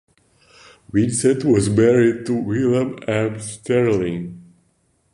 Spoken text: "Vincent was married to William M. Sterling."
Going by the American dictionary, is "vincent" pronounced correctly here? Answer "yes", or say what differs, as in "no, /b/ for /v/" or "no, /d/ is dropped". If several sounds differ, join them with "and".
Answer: no, /w/ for /v/ and /n/ is dropped